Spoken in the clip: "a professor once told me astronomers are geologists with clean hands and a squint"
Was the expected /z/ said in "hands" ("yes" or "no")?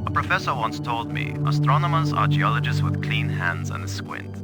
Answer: yes